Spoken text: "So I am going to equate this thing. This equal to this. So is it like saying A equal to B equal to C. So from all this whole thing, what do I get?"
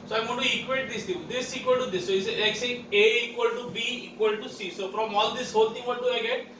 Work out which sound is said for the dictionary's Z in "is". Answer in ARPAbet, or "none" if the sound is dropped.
S